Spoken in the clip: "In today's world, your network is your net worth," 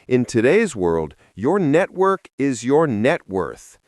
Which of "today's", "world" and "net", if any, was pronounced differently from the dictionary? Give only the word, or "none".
none